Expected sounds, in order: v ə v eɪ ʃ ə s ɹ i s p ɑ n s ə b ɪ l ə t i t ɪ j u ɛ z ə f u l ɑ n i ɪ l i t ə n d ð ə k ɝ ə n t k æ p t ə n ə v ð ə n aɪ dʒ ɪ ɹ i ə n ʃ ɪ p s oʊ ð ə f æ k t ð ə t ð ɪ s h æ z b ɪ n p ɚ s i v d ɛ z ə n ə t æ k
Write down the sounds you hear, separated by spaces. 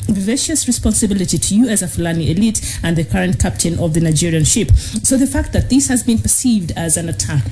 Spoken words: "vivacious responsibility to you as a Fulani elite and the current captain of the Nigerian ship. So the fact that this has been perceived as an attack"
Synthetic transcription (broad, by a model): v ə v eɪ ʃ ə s ɹ i s p ɑ n s ə b ɪ l ə t i t ɪ j u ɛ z ə f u l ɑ n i ɪ l i t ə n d ð ə k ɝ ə n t k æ p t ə n ə v ð ə n aɪ dʒ ɪ ɹ i ə n ʃ ɪ p s oʊ ð ə f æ k t ð ə t ð ɪ s h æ z b ɪ n p ɚ s i v d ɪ z ə n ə t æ k